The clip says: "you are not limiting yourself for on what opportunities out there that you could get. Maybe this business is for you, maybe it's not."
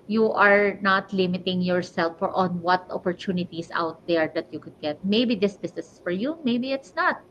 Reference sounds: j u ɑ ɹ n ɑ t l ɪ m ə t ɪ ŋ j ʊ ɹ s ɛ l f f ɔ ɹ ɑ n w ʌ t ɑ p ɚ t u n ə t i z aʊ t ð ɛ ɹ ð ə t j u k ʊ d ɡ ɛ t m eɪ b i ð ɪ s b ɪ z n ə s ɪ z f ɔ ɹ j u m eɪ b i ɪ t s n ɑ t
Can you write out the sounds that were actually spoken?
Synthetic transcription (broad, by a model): j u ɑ ɹ n ɑ t l ɪ m ə t ɪ ŋ j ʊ ɹ s ɛ l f f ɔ ɹ ɑ n w ʌ t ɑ p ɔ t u n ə t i s aʊ t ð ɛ ɹ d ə t j u k ʊ d ɡ ɛ t m eɪ b i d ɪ s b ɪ s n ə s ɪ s f ɔ ɹ j u m eɪ b i ɪ t s n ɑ t